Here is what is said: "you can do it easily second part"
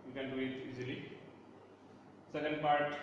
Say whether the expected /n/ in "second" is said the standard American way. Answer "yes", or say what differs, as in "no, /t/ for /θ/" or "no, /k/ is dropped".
no, /l/ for /n/